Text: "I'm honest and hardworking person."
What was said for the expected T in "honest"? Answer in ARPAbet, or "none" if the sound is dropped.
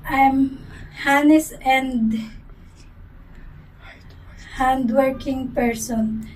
none